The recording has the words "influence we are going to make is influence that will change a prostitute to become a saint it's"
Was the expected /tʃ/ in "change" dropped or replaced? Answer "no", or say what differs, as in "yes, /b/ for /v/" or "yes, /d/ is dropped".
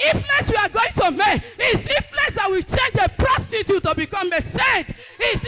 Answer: no